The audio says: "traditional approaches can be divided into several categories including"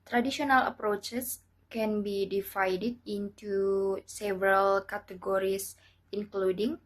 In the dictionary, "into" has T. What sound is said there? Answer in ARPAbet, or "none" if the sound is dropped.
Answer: T